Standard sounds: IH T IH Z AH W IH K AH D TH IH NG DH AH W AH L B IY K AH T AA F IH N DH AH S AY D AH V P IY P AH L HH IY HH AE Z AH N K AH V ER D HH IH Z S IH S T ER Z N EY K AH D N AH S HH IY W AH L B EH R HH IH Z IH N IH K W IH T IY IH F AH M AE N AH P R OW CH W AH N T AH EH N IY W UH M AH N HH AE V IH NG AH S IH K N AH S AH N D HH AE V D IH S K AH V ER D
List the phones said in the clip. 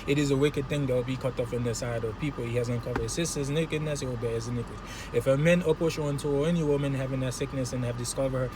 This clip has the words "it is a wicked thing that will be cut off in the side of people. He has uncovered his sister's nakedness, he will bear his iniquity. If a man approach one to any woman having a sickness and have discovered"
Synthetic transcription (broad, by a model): IH T IH Z AH W IH K AH D TH IH NG DH AH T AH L B IY K AH T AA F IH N DH AH S AY D AH V P IY P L HH IY HH AE Z AH N K AH V ER D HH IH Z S IH S T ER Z N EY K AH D N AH S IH W AH L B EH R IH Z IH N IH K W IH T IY IH F AH M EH N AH P OW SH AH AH N T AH EH N IY W UH M AH N HH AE V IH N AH S IH K N AH S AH N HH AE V D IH S K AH V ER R